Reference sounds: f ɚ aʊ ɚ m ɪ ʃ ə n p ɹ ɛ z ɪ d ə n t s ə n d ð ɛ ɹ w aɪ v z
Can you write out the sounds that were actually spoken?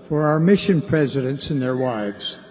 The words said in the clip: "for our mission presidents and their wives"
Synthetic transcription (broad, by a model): f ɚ aʊ ɚ m ɪ ʃ ə n p ɹ ɛ z ɪ d ə n t s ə n ð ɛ ɹ w aɪ v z